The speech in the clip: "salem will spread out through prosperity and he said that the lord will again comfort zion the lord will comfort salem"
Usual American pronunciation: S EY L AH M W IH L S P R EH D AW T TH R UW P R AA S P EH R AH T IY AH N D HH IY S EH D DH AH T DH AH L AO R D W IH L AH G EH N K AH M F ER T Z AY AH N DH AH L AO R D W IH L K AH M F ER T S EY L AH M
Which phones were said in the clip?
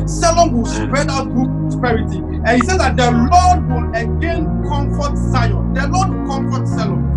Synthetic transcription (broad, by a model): S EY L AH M W IH L S P R EH D AW T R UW P R AA S P EH R AH T IY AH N HH IY S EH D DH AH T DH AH L AO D W IH L AH G EH N K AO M F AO T S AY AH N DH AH L AO D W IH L K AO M F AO T S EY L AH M